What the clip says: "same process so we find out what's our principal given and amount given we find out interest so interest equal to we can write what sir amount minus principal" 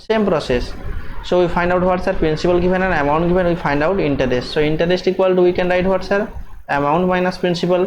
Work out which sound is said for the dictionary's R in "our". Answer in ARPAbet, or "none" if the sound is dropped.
R